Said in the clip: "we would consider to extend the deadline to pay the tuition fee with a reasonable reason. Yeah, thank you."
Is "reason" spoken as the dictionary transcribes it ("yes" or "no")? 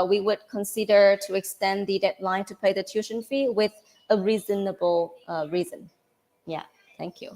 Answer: yes